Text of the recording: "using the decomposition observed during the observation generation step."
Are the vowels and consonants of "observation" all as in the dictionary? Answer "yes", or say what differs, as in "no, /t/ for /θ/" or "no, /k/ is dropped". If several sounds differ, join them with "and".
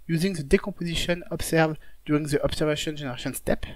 no, /s/ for /z/